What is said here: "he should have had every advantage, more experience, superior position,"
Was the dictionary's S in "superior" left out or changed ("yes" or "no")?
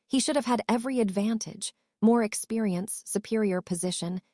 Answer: no